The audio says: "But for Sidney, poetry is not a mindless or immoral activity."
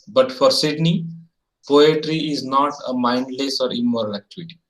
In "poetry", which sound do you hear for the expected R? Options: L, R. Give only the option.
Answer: R